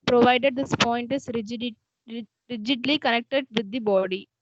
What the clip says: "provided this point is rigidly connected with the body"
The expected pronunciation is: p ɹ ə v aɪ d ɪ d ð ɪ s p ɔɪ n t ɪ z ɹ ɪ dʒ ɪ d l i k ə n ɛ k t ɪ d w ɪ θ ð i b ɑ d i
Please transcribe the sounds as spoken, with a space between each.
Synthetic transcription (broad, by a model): p ɹ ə v aɪ d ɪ d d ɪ s p ɔɪ n t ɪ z ɹ ɪ dʒ ɪ d l i k ə n ɛ k t ɪ d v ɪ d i b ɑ d i